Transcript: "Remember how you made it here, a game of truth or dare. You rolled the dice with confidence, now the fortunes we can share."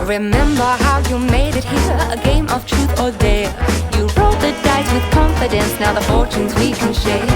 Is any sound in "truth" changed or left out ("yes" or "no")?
no